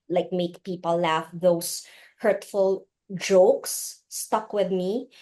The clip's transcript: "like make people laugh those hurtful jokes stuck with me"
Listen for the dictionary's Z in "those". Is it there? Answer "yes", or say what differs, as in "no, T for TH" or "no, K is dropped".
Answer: no, S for Z